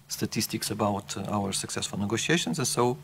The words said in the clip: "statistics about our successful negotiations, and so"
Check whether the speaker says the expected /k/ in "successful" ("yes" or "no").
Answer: yes